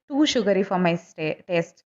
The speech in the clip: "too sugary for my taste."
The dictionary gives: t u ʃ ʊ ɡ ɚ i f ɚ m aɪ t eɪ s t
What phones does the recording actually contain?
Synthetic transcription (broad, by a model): t u ʃ ʊ ɡ ɚ i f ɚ m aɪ t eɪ s t